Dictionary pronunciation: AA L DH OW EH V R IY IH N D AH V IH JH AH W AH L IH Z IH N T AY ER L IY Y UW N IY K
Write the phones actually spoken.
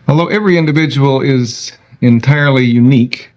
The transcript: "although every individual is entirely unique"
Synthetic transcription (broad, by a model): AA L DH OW EH V R IY IH N D AH V IH JH AH W AH L IH Z IH N T AY ER L IY Y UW N IY K